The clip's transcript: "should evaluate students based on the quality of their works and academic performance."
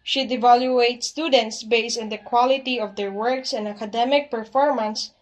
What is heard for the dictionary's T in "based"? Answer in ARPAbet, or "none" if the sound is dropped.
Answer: none